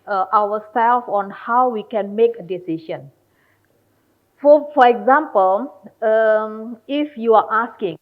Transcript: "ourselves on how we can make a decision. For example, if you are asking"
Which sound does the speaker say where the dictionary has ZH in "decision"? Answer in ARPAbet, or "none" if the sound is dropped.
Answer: SH